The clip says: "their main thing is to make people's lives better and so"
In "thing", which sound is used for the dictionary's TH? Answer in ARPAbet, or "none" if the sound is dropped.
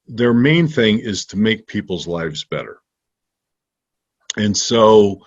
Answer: TH